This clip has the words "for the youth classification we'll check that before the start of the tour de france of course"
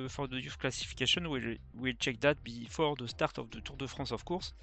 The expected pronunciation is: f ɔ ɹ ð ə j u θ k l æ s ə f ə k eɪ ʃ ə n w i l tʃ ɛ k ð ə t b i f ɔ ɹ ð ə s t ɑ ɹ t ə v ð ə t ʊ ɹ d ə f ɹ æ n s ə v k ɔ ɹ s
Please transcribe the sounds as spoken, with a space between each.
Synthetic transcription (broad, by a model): f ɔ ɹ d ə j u f k l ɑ s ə f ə k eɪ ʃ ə n w i l tʃ ɛ k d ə t b i f ɔ ɹ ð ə s t ɑ ɹ t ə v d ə t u ɹ d ə f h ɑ s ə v k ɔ ɹ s